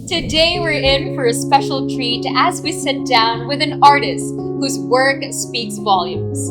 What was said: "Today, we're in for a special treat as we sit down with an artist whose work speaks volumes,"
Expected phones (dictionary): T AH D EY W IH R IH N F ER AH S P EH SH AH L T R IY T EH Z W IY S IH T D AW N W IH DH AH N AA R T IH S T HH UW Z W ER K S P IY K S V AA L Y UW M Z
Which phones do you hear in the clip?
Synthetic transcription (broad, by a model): T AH D EY W IH R IH N F ER AH S P EH SH L T R IY T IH Z W IY S IH T D AW N W IH DH AH N AA R T IH S T HH UW Z W ER K S P IY K S V AA L Y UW M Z